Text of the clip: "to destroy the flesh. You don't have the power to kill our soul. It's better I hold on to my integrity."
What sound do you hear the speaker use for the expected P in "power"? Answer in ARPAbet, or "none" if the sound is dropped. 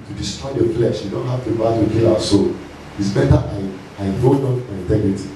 B